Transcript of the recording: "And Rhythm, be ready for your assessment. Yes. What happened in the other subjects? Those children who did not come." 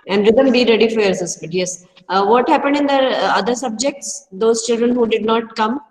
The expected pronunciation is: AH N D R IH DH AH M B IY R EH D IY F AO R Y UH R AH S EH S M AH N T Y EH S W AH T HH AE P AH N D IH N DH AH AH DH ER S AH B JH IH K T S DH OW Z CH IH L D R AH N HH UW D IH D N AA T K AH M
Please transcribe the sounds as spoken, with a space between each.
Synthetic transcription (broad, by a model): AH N D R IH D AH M B IY R EH D IY F AO R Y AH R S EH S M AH T Y EH S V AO T HH AE P AH N D IH N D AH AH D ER S AH B JH IH K T S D OW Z CH IH L D R AH N HH UW D IH D N AA T K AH M